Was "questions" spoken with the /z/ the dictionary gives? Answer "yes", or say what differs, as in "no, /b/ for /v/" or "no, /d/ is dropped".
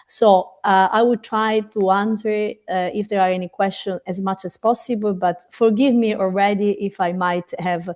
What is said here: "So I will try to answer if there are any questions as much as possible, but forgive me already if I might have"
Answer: no, /z/ is dropped